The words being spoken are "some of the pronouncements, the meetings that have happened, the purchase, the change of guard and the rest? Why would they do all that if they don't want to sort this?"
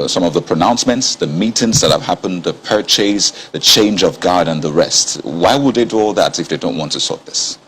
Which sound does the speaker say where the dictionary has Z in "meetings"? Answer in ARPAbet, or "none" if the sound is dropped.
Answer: S